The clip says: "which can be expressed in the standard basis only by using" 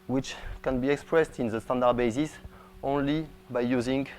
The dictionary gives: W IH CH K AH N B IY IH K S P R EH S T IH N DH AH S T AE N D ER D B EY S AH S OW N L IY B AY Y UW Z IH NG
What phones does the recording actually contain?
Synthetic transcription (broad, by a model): W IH CH K AH N B IY IH K S P R EH S T IH N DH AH S T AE N D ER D B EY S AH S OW N L IY B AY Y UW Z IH NG